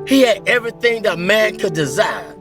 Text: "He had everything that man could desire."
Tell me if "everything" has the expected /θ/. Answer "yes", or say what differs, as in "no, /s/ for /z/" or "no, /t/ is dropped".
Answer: yes